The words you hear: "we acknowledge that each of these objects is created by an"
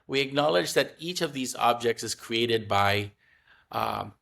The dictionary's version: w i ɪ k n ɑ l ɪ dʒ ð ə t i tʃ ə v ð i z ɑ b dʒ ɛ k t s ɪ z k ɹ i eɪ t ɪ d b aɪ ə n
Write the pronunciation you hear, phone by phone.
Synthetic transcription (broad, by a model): w i ɪ k n ɑ l ɪ dʒ ð ə t i tʃ ə v ð i z ɑ b dʒ ɛ k t s ɪ z k ɹ i eɪ t ɪ d b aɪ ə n